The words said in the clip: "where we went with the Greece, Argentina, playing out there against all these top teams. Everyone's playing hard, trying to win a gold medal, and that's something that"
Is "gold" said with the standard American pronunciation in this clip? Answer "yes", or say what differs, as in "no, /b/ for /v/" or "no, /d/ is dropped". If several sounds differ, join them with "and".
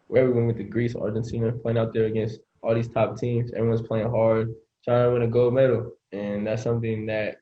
no, /l/ is dropped